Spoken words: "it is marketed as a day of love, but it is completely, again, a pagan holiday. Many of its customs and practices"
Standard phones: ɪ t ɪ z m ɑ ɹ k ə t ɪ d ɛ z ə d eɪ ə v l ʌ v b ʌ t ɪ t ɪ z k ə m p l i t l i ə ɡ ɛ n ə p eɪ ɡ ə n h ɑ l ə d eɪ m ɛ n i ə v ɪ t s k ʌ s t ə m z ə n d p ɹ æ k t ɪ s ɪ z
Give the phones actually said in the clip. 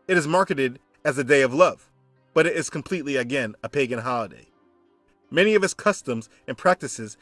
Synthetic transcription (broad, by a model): ɪ t ɪ z m ɑ ɹ k ə t ɪ d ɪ z ə d eɪ ə v l ʌ v b ʌ t ɪ t ɪ z k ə m p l i t l i ə ɡ ɛ n ə p eɪ ɡ ə n h ɑ l ə d eɪ m ɛ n i ə v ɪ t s k ʌ s t ə m z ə n p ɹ æ k t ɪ s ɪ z